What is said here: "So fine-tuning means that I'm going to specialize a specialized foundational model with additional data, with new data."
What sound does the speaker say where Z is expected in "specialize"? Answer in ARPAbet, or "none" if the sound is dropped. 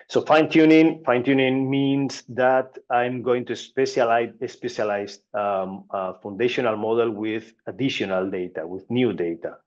none